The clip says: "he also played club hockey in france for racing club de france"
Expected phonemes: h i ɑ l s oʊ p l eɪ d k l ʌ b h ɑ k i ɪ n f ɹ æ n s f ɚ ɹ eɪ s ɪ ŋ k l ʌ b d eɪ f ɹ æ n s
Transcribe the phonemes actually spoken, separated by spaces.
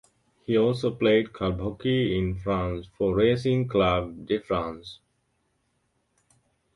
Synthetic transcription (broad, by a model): h i ɑ l s oʊ p l eɪ d k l b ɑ k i ɪ n f ɹ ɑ n s f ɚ ɹ eɪ s ɪ ŋ k l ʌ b d eɪ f ɹ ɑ n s